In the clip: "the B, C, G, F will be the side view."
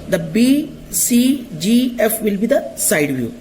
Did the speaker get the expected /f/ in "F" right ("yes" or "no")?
yes